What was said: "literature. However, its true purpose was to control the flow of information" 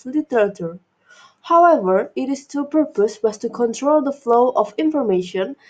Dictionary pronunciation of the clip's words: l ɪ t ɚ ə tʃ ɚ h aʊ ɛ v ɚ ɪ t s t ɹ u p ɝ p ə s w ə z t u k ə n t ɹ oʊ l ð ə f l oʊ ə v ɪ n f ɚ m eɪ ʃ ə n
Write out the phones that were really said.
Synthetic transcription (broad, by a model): l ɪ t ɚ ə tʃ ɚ h aʊ ɛ v ɚ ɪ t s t u p ɝ p ə s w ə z t u k ə n t ɹ oʊ l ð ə f l oʊ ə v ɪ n f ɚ m eɪ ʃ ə n